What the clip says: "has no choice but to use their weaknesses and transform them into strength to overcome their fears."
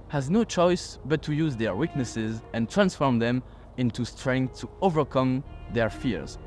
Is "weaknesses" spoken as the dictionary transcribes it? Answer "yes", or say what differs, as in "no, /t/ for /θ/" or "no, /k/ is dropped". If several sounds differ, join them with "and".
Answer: yes